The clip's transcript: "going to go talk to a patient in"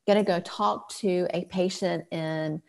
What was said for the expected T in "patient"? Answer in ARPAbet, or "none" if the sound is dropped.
T